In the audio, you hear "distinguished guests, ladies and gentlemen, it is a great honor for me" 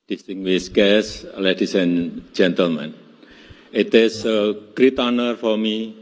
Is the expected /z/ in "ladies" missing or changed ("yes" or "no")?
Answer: yes